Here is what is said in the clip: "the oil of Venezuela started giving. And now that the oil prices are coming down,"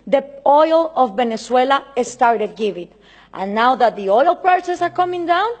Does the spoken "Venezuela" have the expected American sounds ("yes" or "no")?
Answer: no